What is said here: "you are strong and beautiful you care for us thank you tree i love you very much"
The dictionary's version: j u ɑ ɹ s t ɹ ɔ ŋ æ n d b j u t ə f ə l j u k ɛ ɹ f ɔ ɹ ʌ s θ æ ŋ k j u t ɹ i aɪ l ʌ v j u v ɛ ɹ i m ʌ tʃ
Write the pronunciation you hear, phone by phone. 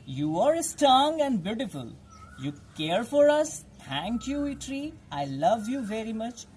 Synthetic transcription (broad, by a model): j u ɑ ɹ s t ɔ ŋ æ n d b j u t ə f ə l j u k ɛ ɹ f ɔ ɹ ʌ s t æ ŋ k j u t ɹ i aɪ l ʌ v j u v ɛ ɹ i m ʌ tʃ